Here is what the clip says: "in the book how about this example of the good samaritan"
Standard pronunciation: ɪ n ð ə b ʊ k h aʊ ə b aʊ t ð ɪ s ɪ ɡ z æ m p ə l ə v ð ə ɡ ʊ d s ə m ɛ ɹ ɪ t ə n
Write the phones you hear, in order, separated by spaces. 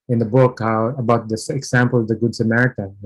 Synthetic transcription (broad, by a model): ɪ n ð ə b ʊ k h aʊ ə b aʊ t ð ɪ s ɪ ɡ s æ m p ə l ə v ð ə ɡ ʊ d s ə m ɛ ɹ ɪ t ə n